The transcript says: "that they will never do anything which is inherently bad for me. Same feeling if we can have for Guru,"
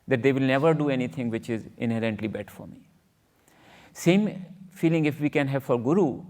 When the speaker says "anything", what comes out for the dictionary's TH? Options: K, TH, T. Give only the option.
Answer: T